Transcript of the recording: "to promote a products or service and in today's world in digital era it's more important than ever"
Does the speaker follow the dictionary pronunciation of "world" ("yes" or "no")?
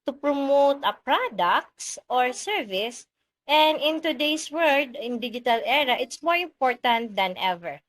no